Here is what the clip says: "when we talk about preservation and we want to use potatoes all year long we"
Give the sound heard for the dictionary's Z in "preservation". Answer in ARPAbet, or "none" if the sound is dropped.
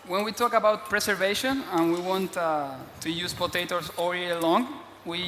S